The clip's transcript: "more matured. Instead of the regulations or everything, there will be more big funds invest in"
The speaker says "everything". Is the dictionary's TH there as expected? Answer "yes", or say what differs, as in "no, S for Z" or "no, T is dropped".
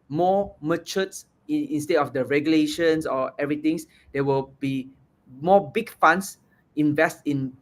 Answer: no, T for TH